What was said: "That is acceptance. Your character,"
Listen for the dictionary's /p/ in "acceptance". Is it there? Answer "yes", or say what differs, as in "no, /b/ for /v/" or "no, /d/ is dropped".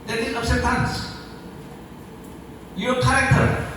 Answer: no, /p/ is dropped